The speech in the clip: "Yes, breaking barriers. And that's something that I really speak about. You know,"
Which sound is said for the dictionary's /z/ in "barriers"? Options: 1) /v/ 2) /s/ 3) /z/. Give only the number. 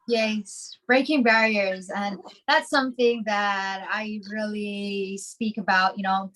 3